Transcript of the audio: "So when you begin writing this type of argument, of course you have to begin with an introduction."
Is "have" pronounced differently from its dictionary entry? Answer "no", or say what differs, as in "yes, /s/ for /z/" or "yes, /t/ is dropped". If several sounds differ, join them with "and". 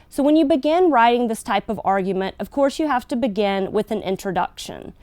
yes, /f/ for /v/